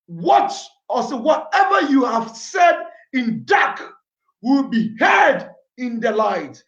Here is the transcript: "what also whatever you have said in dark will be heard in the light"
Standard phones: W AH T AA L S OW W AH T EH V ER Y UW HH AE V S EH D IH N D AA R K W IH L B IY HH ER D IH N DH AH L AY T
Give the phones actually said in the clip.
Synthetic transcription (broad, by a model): W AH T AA S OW W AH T EH V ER Y UW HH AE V S EH D IH N D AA K W IH L B IY HH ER D IH N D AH L AY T